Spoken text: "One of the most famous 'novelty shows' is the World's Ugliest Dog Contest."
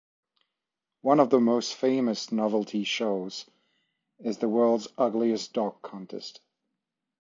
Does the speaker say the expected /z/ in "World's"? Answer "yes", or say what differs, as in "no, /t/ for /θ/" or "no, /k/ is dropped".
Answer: yes